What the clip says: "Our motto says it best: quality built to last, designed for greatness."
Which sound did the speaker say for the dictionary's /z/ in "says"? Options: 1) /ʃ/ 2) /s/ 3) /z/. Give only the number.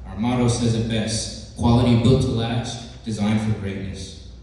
3